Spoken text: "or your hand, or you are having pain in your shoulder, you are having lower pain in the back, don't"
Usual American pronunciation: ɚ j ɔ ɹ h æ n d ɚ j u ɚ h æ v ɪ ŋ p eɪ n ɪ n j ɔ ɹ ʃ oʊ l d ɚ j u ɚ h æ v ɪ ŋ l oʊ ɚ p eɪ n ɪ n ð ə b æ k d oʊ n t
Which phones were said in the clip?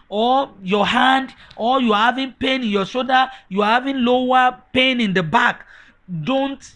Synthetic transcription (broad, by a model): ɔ j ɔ h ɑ n d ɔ j u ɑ h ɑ v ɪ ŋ p eɪ n ɪ n j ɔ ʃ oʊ d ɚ j u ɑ h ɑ v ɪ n l oʊ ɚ p eɪ n ɪ n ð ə b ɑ k d oʊ n t